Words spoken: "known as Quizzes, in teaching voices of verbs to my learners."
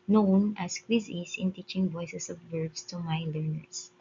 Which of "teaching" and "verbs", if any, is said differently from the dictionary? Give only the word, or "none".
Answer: verbs